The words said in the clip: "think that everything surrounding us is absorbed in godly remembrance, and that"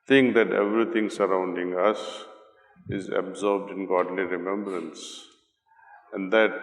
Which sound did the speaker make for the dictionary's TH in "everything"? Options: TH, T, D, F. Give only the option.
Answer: T